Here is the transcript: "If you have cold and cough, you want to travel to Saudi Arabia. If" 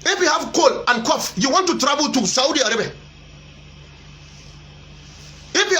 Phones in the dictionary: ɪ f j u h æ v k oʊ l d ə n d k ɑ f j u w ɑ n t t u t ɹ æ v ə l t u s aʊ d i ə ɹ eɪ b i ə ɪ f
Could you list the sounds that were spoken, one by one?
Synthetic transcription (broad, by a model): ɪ f j u h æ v k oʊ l ə n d k ɑ f j u w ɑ n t t u t ɹ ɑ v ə l t u s aʊ d i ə ɹ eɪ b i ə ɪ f